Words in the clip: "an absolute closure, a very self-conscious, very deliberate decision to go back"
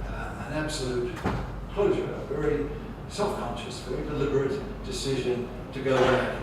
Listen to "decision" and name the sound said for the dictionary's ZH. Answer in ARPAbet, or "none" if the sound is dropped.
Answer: ZH